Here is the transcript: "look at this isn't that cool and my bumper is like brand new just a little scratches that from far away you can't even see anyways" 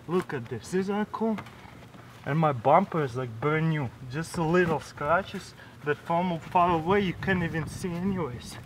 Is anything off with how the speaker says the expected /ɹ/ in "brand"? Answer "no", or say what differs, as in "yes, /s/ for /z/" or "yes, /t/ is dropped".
yes, /ɹ/ is dropped